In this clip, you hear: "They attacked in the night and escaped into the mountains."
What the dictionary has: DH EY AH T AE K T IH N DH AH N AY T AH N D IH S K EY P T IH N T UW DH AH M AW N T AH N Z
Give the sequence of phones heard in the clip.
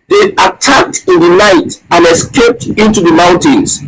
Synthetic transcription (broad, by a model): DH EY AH T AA K T IH N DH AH N AY T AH N IH S K EY P T IH N T UW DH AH M AW N T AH N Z